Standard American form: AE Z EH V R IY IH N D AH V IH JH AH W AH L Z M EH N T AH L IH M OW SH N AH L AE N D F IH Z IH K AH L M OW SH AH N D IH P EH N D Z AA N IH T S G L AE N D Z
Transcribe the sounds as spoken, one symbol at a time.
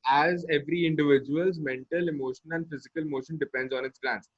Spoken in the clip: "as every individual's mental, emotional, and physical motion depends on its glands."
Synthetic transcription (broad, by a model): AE Z EH V R IY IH N D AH V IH JH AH AH L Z M EH N T AH L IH M OW SH AH N AE N D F IH Z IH K AH L M OW SH AH N D IH P EH N D Z AA N IH T S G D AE N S